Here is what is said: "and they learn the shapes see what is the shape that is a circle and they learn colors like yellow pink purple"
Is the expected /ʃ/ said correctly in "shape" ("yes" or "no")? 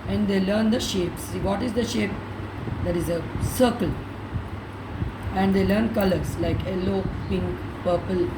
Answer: yes